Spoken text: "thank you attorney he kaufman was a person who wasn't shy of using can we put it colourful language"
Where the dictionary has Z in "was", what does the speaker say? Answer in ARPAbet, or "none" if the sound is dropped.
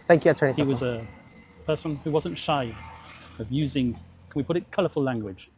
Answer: Z